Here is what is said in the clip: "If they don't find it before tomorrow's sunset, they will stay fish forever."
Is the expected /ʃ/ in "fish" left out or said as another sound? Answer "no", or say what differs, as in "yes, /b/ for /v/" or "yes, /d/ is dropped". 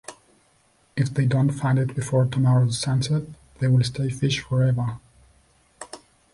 no